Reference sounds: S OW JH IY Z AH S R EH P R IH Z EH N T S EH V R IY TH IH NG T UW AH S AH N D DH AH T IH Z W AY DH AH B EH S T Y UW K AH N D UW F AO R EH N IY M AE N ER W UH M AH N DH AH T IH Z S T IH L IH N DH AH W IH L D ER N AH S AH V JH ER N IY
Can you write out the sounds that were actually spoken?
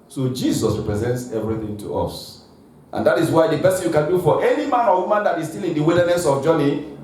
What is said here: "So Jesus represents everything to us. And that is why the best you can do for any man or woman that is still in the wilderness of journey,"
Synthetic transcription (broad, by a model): S OW JH IY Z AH S R EH P R IH Z EH N T S EH V R IY TH IH NG T UW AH S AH N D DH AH T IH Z W AY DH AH B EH S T Y UW K AH N D UW F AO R EH N IY M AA N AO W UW M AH N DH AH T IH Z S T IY L IH N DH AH W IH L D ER N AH S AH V JH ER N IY